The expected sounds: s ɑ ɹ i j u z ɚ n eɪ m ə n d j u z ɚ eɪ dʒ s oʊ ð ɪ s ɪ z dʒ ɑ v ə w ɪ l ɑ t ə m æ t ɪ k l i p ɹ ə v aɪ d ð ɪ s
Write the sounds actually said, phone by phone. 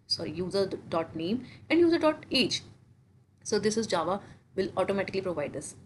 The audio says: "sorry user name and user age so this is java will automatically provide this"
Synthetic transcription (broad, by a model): s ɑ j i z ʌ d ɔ n eɪ m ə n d j u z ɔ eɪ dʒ s oʊ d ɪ s ɪ z dʒ ɑ v ə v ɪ l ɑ t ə m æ t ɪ k l i p ɹ ə v aɪ d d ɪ s